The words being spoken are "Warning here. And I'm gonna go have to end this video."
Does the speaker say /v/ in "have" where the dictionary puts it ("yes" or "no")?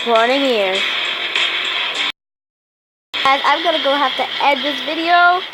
no